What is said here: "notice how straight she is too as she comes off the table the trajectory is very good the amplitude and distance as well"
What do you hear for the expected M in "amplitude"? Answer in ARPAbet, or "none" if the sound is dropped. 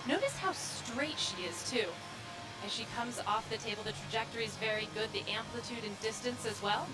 M